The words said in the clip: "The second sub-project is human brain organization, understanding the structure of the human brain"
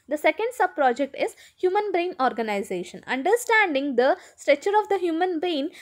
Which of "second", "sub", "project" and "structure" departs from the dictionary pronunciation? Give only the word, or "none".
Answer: structure